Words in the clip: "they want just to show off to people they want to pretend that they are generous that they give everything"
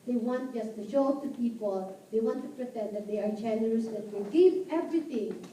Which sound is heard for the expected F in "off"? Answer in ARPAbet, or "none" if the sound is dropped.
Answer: P